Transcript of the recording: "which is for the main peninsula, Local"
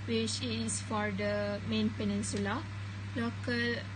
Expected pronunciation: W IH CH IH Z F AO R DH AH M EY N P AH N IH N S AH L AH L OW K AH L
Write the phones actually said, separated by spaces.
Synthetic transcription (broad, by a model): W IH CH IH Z F AO R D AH M EY N P AH N IH N S AH L AH L OW K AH L